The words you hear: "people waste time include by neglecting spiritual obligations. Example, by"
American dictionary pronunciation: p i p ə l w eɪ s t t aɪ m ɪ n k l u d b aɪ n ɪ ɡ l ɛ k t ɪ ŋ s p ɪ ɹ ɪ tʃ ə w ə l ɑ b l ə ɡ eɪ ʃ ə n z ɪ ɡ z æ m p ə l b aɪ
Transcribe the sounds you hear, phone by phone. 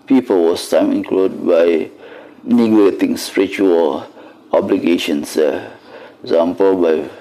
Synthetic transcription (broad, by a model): p i p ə l w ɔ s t t aɪ m ɪ n k l u d b aɪ n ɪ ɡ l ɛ t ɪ ŋ s p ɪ ɹ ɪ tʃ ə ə l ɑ b l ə ɡ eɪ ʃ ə n s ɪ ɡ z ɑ m p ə l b aɪ